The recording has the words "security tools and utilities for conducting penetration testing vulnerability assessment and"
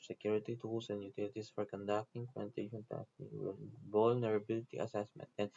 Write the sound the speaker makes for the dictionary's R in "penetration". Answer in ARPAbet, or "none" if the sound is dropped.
none